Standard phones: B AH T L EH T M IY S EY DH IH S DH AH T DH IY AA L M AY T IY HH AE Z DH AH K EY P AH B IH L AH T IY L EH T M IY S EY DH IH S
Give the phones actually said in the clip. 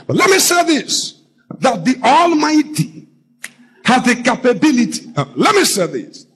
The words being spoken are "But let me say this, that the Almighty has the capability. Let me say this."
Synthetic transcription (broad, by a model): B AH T L EH T M IY S EY DH IH S DH AH T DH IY AA L M AY T IY HH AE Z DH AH K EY P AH B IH L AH T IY L EH T M IY S EY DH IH S